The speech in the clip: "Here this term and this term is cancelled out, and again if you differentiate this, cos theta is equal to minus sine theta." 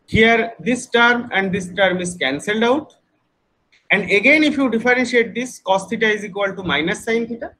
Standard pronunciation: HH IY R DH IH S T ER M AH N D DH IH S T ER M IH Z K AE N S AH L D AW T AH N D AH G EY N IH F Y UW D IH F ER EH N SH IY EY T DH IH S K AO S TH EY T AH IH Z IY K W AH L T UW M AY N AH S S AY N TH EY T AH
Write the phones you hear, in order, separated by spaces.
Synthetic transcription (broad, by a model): HH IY R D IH S T ER M AH N D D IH S T ER M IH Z K AE N S AH L D AW T AH N D AH G EY N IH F Y UW D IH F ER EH N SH IY EY T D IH S K AO S T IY T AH IH Z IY K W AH L T UW M AY N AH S S AY N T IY T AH